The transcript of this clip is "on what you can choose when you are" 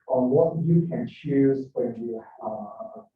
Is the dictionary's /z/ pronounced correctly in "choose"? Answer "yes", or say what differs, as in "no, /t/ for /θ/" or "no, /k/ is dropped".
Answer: yes